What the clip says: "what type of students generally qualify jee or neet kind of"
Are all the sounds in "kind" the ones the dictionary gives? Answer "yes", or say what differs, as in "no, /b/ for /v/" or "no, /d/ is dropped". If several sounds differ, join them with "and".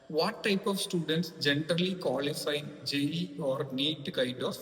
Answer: no, /n/ is dropped